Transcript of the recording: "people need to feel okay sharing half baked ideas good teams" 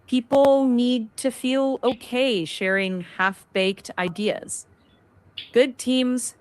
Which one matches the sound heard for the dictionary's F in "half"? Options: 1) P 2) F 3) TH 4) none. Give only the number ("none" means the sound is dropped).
2